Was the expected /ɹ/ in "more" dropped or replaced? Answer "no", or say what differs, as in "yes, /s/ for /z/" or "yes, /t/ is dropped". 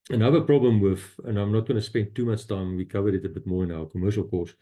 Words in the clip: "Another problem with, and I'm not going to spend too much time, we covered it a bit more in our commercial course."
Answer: no